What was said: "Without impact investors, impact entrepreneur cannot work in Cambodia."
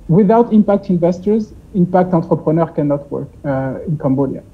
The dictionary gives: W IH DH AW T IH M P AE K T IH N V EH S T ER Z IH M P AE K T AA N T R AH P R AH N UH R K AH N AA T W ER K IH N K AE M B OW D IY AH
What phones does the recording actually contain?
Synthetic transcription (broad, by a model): W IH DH AW T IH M P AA K T IH N V EH S T ER Z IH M P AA K T AA T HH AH P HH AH N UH R K AH N AA T W ER K IH N K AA M B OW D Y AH